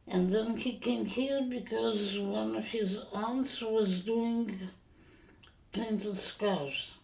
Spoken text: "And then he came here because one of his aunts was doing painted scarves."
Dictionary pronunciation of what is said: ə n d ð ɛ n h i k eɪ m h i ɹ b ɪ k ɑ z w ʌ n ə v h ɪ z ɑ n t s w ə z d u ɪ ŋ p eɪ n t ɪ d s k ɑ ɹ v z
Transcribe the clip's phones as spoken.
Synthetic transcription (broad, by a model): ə n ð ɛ n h i k eɪ m h i ɹ b ɪ k ɑ z w ʌ n ə v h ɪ z ɑ n t s w ə z d u ɪ ŋ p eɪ n t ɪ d s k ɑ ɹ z